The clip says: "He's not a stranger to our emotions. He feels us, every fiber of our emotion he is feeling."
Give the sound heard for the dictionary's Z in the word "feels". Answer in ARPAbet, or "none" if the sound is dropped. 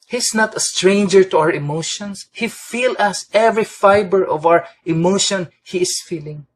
none